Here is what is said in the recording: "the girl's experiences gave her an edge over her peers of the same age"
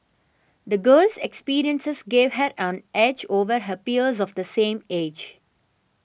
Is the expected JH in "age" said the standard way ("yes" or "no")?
yes